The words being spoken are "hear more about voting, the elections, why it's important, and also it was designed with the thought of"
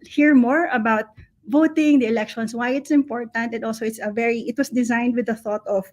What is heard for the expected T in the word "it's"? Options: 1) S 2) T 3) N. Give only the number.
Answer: 2